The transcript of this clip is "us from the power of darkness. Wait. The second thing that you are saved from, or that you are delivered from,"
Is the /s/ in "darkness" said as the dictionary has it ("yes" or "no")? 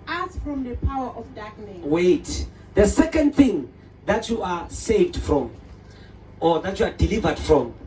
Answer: no